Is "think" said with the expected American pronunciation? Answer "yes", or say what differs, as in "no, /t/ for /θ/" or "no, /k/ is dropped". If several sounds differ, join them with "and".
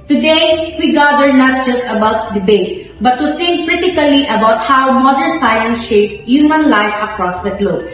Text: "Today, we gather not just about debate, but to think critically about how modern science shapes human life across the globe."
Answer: no, /t/ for /θ/